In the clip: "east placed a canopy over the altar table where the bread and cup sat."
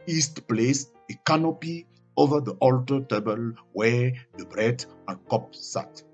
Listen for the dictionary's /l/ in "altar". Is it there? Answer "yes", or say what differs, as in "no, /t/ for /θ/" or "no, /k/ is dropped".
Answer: yes